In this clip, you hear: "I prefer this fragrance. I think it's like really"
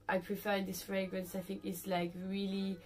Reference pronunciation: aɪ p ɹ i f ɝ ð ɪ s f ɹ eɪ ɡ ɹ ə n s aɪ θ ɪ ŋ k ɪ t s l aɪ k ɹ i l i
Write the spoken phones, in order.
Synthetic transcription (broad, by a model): aɪ p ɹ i f ɝ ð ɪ s f ɹ eɪ ɡ ɹ ə n s aɪ θ ɪ ŋ k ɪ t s l aɪ k ɹ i l i